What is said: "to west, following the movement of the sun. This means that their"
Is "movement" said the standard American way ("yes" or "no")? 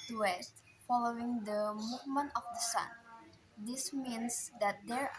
yes